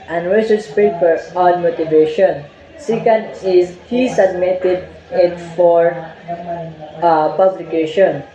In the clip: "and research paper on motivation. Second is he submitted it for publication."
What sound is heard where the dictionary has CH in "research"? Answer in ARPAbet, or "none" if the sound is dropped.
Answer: S